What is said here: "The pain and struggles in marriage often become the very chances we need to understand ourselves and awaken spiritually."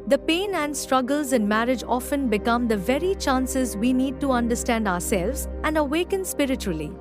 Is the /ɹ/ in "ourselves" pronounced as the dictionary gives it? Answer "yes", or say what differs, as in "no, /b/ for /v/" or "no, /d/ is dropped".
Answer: yes